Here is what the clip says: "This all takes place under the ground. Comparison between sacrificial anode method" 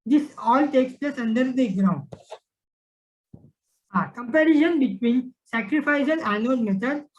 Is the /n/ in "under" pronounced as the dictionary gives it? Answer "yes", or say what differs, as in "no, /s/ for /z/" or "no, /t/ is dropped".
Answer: yes